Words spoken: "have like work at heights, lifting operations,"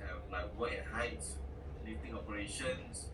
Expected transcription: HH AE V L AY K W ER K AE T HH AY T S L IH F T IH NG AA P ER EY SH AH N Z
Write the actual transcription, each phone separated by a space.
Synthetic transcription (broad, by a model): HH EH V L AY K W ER EH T HH AY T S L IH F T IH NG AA P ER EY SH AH N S